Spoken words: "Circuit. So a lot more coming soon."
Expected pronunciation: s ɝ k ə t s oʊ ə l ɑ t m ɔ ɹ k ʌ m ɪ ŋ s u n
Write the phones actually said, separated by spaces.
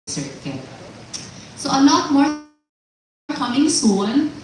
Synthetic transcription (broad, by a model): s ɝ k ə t s oʊ ə n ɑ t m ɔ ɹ k ʌ m ɪ ŋ s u n